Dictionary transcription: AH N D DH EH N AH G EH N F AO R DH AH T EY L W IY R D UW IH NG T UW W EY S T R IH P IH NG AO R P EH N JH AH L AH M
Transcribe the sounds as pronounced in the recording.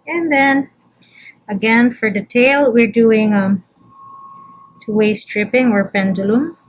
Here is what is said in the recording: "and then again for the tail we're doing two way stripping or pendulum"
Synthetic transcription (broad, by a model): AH N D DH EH N AH G EH N F AO R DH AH T EY L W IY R D UW IH NG T UW W EY S T R IH P IH NG AO R P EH N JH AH L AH M